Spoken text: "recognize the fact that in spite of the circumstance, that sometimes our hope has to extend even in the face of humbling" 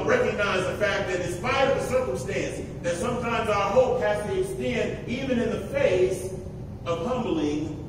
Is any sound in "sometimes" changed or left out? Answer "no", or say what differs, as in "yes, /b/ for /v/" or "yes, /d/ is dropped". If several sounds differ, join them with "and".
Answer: no